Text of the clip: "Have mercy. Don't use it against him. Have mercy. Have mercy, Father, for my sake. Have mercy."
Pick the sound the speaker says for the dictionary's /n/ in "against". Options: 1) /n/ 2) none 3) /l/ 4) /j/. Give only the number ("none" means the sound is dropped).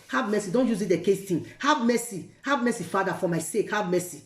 2